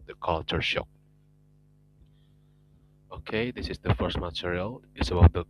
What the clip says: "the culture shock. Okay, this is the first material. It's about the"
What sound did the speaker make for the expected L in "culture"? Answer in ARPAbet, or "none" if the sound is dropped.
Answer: L